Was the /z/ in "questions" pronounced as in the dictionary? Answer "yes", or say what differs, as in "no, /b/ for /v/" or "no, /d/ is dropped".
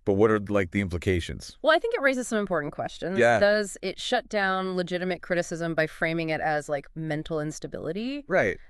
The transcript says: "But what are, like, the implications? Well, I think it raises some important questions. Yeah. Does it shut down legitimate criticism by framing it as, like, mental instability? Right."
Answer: yes